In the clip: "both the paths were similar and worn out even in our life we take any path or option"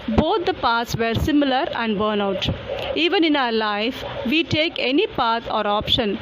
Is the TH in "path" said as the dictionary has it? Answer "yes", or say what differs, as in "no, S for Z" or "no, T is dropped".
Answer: no, T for TH